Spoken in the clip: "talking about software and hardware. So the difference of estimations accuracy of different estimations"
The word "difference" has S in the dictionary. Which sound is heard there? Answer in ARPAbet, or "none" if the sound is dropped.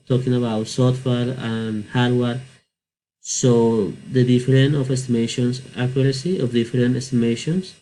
none